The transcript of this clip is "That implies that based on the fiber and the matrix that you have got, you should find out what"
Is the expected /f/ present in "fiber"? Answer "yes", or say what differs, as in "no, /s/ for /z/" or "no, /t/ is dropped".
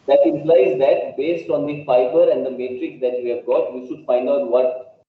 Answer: no, /p/ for /f/